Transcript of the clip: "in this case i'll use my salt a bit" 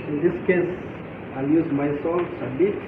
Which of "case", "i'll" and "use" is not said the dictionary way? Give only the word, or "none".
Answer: none